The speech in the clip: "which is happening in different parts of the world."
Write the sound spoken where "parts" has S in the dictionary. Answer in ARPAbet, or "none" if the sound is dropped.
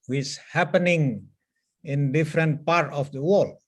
none